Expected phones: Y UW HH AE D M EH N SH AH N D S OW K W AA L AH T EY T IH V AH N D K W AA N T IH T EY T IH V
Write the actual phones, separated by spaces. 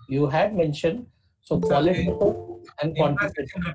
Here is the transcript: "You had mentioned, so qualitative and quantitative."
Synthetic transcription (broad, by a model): Y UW HH AE D M EH N SH AH N D S OW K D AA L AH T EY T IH AH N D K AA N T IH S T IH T